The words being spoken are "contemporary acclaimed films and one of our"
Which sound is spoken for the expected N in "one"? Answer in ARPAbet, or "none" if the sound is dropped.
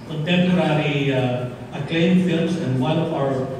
L